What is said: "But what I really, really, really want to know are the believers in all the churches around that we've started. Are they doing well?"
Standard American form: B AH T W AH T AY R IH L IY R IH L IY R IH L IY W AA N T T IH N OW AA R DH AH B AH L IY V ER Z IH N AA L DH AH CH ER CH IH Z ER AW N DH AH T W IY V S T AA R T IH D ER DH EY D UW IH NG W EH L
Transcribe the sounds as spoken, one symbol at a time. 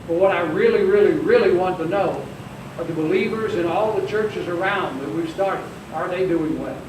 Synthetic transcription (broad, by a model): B AH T W AH T AY R IH L IY R IH L IY R IH L IY W AA N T T IH N OW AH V DH AH B AH L IY V ER Z IH N AA L DH AH CH ER CH IH Z ER AW N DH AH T W IY V S T AA R T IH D ER DH EY D UW IH NG W EH L